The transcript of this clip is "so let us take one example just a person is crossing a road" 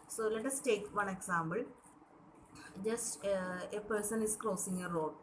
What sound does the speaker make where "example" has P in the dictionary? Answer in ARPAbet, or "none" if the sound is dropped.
B